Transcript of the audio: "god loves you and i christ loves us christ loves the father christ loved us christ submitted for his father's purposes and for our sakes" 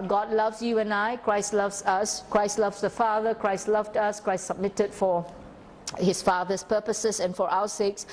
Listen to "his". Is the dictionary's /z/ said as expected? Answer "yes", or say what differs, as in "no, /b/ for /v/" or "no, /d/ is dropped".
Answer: no, /s/ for /z/